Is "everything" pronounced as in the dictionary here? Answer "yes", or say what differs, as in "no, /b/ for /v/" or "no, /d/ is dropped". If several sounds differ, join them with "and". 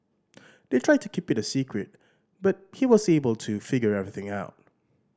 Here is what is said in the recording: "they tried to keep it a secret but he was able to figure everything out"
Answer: yes